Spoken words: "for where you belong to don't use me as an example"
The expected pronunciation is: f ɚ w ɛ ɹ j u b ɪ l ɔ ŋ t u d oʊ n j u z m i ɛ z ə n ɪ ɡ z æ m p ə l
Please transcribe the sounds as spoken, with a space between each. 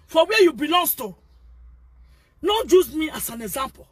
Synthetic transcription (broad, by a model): f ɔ w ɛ j u b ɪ l ɔ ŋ t u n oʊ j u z m i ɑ s ə n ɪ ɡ z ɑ m p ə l